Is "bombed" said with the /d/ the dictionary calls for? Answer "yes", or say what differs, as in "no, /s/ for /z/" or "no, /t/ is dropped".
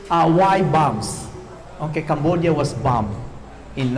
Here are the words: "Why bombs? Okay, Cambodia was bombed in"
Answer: no, /d/ is dropped